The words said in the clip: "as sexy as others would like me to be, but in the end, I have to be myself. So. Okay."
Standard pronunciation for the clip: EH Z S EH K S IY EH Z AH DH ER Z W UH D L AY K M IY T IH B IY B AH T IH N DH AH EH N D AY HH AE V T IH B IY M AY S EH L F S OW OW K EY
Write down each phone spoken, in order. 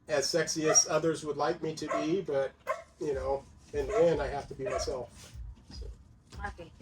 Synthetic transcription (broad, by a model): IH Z S EH K S IY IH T AH DH ER Z W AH D L AY K M IY T IH B IY B AH T IH N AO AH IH N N AY HH AE F T IH B IY M AY S EH L F S OW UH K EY